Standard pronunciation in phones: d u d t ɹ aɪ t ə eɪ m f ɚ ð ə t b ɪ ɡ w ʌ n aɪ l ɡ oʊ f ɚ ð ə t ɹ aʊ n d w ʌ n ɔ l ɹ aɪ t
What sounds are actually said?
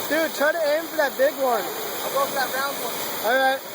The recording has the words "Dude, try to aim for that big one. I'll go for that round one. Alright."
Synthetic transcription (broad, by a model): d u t aɪ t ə eɪ m f ɚ ð ə t b ɪ ɡ w ʌ n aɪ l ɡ oʊ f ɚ ð ə t ɹ aʊ n d w ʌ n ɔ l ɹ aɪ t